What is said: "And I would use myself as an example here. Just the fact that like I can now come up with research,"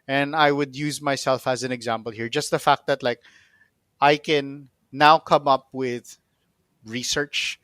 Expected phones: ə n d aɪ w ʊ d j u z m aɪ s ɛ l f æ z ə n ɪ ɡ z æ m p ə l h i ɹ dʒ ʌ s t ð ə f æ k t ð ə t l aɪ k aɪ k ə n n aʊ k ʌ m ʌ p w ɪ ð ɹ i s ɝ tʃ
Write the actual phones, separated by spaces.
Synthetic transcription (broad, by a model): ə n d aɪ w ʊ d j u z m aɪ s ɛ l f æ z ə n ɪ ɡ z æ m p ə l h i ɹ dʒ ʌ s t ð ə f æ k t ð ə t l aɪ k aɪ k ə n n aʊ k ʌ m ʌ p w ɪ ð ɹ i s ɝ tʃ